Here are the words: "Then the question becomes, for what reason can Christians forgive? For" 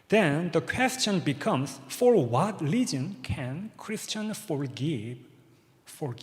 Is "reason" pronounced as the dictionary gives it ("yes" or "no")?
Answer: no